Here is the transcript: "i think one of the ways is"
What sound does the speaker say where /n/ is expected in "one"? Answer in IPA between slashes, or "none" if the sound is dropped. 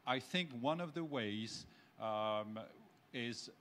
/n/